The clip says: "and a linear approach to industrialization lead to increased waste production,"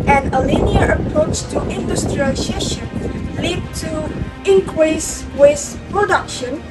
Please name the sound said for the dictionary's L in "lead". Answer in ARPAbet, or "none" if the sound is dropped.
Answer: L